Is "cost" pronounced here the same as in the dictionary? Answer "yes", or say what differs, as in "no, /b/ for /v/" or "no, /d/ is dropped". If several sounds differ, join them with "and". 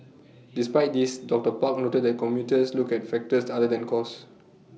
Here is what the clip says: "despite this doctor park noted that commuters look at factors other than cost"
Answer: no, /t/ is dropped